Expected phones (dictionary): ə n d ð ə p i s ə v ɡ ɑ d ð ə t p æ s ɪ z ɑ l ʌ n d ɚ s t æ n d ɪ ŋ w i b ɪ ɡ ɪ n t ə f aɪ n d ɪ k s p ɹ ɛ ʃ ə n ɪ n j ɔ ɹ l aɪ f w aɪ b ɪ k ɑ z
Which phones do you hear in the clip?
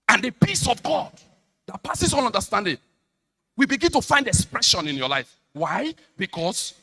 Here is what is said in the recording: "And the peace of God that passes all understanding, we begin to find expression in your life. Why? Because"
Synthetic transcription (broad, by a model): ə n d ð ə p i s ə v ɡ ɑ d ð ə t p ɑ s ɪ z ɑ n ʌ n d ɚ s t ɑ n d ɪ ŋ w i b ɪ ɡ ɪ n t ə f aɪ n d ɪ k s p ɹ ɛ ʃ ə n ɪ n j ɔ l aɪ f w aɪ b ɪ k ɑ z